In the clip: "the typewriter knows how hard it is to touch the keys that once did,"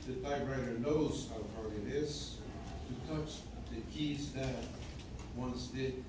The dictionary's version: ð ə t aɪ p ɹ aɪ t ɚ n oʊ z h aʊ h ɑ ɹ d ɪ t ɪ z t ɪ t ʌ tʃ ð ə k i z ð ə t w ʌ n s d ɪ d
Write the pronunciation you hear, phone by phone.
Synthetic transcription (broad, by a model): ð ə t aɪ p ɹ aɪ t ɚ n oʊ z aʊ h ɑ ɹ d ɪ t ɪ z t ɪ t ʌ tʃ ð ə k i z ð ə t w ʌ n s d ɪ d